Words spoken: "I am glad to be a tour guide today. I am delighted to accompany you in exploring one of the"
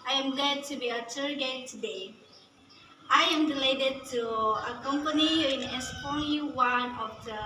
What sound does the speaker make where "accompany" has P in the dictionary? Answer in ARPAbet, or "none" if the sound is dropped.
P